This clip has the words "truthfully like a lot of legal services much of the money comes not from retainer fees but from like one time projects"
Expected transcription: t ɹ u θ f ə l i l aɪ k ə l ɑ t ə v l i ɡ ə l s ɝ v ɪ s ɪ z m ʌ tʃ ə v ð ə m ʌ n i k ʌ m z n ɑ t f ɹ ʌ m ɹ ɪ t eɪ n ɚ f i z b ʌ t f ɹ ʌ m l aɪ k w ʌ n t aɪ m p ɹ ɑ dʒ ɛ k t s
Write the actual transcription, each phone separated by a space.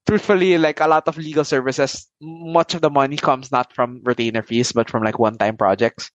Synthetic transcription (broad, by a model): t ɹ u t f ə l i l aɪ k ə l ɑ t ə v l i ɡ ə l s ɝ v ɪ s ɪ s m ʌ tʃ ə v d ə m ʌ n i k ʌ m s n ɑ t f ɹ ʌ m ɹ ɪ t eɪ n ɚ f i s b ʌ t f ɹ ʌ m l aɪ k w ʌ n t aɪ m p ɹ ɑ dʒ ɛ k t s